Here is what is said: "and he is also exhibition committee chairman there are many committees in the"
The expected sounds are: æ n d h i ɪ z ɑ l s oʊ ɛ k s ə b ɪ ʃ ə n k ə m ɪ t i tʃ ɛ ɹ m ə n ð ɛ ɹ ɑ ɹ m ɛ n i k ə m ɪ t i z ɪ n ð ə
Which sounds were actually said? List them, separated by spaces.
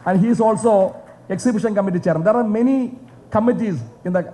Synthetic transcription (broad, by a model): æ n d h i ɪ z ɑ l s oʊ ɛ k s ə b ɪ ʃ ə n k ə m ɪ t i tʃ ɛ ɹ ə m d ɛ ɹ ɑ ɹ m ɛ n i k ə m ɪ t i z ɪ n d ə